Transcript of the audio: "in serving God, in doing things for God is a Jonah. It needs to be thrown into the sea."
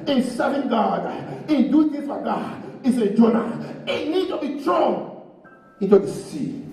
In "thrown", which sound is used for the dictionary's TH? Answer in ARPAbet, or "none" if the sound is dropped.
T